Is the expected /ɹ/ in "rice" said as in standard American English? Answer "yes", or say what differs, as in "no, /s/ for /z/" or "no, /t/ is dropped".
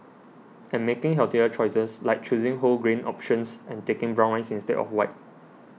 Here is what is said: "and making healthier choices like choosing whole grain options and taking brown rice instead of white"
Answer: no, /l/ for /ɹ/